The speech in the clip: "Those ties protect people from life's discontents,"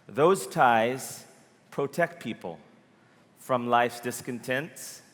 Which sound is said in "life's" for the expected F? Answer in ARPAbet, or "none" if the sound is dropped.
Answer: F